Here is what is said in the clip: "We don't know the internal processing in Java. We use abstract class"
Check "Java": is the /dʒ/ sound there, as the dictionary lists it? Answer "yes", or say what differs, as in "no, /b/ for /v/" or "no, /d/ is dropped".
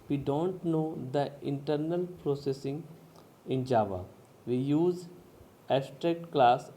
yes